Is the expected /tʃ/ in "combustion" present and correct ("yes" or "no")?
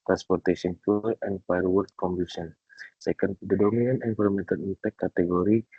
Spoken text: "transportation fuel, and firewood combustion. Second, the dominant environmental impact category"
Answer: no